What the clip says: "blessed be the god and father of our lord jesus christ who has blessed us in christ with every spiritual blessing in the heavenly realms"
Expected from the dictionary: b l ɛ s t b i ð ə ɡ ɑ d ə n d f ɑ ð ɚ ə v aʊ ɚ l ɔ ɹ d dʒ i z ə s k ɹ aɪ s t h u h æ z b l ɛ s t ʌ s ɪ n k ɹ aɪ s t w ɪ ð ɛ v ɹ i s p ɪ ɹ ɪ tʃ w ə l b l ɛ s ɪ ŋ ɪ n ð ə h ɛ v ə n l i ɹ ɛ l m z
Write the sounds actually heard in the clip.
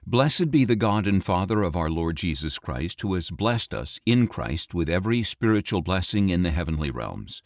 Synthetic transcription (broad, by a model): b l ɛ s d b i ð ə ɡ ɑ d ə n f ɑ ð ɚ ə v aʊ ɚ l ɔ ɹ d dʒ i z ə s k ɹ aɪ s t h u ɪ z b l ɛ s t ʌ s ɪ n k ɹ aɪ s t w ɪ ð ɛ v ɹ i s p ɪ ɹ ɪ tʃ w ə l b l ɛ s ɪ ŋ ɪ n ð ə h ɛ v ə n l i ɹ ɛ l m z